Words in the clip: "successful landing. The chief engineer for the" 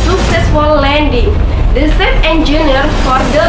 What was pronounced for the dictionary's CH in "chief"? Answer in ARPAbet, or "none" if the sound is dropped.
S